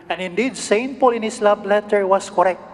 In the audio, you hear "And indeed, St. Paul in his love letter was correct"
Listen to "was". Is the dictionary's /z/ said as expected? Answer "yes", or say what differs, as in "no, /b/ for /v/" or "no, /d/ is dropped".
no, /s/ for /z/